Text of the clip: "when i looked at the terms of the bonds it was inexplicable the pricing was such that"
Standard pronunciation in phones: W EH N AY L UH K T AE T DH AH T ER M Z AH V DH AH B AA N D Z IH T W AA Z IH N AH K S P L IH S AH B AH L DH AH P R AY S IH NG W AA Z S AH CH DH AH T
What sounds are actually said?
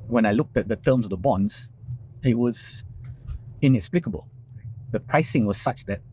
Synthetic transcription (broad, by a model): W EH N AY L UH K T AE T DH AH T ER M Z AH V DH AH B AA N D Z IH T W AA Z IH N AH K S P L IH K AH B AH L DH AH P R AY S IH NG W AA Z S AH CH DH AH T